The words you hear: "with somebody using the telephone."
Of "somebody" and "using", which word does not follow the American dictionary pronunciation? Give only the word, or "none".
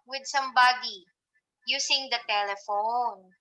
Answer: using